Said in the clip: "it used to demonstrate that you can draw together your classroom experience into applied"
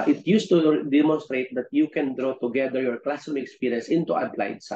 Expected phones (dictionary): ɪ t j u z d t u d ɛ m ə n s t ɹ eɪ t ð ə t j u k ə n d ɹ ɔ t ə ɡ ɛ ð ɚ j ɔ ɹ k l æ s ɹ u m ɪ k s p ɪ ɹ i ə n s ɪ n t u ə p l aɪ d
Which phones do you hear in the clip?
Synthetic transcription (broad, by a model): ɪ t j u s t u d ɛ m ə n s t ɹ eɪ t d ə t j u k ə n d ɹ ɔ t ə ɡ ɛ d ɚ j ɔ ɹ k l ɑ s ɔ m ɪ k s p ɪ ɹ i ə n s ɪ n t u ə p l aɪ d